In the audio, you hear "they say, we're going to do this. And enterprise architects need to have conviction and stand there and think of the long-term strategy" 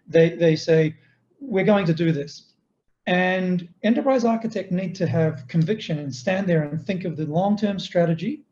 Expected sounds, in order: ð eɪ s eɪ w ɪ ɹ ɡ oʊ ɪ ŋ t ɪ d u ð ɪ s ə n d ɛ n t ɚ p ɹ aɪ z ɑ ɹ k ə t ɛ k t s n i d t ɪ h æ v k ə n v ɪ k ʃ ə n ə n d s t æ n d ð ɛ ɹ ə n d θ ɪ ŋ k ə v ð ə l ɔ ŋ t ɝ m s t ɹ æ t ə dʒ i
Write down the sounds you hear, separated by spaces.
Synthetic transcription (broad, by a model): ð eɪ s eɪ w ɪ ɹ ɡ oʊ ɪ ŋ t ɪ d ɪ ð ɪ s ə n ɛ n t ɚ p ɹ aɪ z ɑ ɹ k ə t ɛ k t n i d t ɪ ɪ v k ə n v ɪ k ʃ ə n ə n s t æ n ð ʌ ɹ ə n θ ɪ ŋ k ə v ð ə l ɔ ŋ t ɝ m s t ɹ æ t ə dʒ i